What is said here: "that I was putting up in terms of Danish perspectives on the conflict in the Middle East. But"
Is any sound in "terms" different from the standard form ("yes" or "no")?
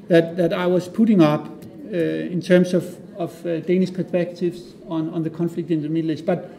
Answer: yes